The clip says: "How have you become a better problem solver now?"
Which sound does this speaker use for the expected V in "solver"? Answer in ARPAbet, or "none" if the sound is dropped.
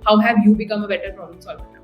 none